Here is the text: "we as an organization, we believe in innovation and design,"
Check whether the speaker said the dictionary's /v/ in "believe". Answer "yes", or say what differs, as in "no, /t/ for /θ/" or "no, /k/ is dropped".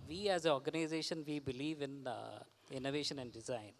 yes